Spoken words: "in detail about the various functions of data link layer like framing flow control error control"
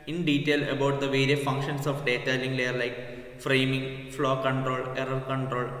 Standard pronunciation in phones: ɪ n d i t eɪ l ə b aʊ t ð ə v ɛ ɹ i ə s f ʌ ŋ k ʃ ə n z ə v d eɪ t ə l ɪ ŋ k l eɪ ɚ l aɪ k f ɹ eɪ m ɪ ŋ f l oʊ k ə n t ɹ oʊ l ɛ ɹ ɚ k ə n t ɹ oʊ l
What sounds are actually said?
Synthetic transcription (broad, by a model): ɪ n d i t eɪ l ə b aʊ t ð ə v ɛ ɹ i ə f ʌ ŋ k ʃ ə n s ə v d eɪ t ə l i ŋ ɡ l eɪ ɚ l aɪ k f ɹ eɪ m ɪ ŋ f l oʊ k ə n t ɹ oʊ l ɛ ɹ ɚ k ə n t ɹ oʊ l